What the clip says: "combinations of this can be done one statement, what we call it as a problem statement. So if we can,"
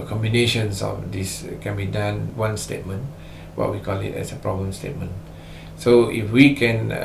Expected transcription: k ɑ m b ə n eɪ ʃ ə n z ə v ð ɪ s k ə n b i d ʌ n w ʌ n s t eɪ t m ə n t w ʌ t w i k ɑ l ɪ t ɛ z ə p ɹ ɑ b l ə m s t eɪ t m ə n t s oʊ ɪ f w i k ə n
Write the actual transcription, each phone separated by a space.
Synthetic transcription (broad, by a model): k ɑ m b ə n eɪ ʃ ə n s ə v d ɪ s k ə n b i d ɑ n w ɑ n s t eɪ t m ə n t w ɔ t w i k ɑ l ɪ t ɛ s ə p ɹ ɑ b ə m s t eɪ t m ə n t s oʊ ɪ f w i k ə n